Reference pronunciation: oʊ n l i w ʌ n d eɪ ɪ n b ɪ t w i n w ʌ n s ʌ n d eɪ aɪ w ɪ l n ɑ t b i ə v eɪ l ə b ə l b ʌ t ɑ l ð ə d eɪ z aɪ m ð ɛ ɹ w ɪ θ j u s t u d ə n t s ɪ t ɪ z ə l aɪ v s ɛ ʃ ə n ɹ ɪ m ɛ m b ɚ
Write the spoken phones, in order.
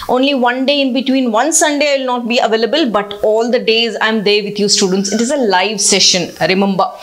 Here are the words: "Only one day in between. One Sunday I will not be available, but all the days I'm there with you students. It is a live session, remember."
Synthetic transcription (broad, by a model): oʊ n l i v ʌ n d eɪ ɪ n b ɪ t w i n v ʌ n s ʌ n d eɪ aɪ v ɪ l n ɑ t b i ə v eɪ l ə b ə l b ʌ t ɑ l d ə d eɪ z aɪ m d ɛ ɹ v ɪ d j u s t u d ə n t s ɪ t ɪ z ə l aɪ v s ɛ ʃ ə n ɹ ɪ m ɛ m b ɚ